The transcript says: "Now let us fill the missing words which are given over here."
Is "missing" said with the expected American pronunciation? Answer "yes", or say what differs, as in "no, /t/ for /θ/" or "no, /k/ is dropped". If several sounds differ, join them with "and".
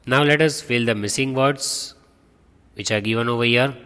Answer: yes